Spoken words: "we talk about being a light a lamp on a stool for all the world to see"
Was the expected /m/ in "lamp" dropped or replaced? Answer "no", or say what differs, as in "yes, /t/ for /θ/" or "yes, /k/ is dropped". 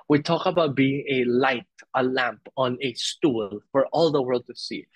no